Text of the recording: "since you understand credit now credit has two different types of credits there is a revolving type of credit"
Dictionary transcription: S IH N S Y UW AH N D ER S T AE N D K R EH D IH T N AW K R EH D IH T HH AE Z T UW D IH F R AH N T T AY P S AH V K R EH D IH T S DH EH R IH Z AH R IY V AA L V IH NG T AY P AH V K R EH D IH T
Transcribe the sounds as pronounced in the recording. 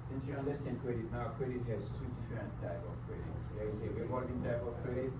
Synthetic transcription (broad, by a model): S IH N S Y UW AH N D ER S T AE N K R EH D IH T N AW K R EH D IH T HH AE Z T UW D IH F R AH N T T AY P AH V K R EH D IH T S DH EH W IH S AH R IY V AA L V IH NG T AY P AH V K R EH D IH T